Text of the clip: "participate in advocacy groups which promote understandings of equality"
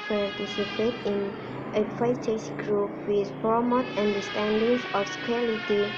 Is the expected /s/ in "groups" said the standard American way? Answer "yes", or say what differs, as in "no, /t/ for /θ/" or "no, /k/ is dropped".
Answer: no, /s/ is dropped